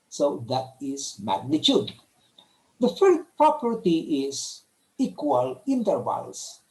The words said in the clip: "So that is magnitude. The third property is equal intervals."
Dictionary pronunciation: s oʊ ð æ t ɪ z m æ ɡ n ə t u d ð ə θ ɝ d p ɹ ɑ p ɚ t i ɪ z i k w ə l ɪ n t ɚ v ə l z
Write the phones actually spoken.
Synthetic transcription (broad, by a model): s oʊ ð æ t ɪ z m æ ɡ n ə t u d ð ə f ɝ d p ɹ ɑ p ɚ t i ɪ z i k w ə l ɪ n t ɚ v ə l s